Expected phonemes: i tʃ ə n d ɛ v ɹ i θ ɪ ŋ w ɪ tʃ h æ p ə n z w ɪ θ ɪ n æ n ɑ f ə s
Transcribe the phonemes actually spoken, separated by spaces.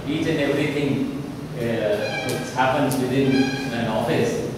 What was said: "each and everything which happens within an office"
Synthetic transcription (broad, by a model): i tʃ ə n d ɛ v ɹ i t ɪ ŋ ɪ s h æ p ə n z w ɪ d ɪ n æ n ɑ f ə s